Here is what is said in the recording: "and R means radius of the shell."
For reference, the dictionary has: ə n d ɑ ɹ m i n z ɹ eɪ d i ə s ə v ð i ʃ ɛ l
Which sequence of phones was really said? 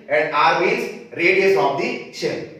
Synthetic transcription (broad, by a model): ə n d ɑ ɹ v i z ɹ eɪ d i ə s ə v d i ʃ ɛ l